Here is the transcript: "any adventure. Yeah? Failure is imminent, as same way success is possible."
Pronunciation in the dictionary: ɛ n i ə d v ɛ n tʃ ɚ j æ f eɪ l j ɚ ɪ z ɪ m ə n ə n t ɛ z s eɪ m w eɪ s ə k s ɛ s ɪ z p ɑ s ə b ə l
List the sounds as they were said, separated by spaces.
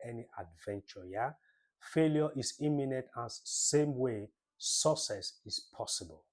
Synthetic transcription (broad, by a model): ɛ n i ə d v ɛ n tʃ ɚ j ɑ f eɪ l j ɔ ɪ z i m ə n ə n t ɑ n s eɪ m w eɪ s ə s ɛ s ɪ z p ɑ s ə b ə l